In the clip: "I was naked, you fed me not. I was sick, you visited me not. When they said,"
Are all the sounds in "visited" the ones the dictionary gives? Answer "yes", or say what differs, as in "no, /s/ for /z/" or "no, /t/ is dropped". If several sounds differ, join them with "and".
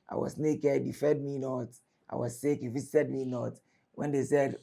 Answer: no, /s/ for /t/